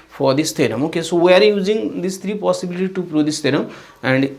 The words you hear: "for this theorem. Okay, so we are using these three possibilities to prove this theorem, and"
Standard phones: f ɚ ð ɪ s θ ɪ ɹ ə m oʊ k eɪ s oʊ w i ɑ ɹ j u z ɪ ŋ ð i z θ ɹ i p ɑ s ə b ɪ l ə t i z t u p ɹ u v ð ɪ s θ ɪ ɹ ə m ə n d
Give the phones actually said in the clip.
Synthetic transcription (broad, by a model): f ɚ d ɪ s t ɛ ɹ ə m oʊ k eɪ s oʊ w i ɑ ɹ j u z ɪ ŋ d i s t ɹ i p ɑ s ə b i l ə t i t u p ɹ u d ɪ s t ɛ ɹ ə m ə n d